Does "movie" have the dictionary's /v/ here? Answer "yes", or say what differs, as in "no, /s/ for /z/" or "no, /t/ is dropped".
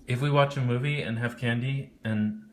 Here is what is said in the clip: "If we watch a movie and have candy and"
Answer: yes